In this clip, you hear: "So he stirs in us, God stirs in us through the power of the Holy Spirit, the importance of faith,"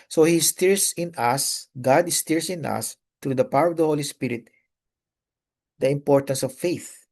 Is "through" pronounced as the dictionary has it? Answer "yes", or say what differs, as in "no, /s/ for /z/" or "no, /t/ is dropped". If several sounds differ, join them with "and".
no, /t/ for /θ/